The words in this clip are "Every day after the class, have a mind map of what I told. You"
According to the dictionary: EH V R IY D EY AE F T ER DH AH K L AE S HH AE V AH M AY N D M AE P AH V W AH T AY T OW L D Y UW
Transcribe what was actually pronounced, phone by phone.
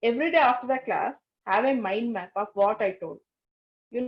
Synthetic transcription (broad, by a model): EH V R IY D EY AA F T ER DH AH K L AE S HH AE V AH M AY N D M AE P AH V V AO T AY T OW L D Y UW